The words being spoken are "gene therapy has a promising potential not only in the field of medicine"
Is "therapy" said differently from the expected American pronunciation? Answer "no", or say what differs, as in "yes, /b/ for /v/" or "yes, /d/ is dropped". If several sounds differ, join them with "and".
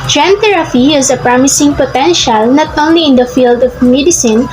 yes, /t/ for /θ/ and /f/ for /p/